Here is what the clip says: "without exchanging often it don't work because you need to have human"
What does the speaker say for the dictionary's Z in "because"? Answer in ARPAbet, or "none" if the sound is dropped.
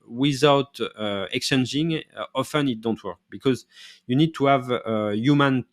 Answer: Z